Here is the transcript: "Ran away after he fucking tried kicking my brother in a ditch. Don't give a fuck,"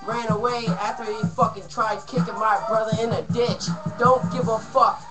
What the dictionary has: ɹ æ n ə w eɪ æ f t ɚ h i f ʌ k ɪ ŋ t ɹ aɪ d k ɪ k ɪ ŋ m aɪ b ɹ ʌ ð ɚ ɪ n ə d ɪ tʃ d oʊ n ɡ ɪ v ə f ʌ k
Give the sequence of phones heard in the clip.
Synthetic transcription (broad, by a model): ɹ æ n ə w eɪ æ f t ɚ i f ʌ k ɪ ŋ t ɹ aɪ d k ɪ k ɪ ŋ m aɪ b ɹ ʌ ð ɚ ɪ n ə d ɪ tʃ d oʊ n ɡ ɪ v ə f ʌ k